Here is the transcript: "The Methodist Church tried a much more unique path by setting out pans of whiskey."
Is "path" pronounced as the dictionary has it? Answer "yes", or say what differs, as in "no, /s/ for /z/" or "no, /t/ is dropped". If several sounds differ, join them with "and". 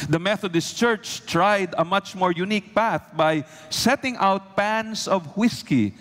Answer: yes